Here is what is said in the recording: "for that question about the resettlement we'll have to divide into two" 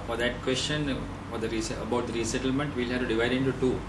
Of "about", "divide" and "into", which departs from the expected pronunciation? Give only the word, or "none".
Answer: none